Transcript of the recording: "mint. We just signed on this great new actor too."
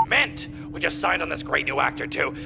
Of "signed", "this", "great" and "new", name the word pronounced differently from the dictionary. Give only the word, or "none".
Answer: none